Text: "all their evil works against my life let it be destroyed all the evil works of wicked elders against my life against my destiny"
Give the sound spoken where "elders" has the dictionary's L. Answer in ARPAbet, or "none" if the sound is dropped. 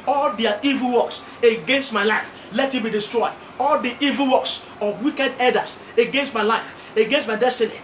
none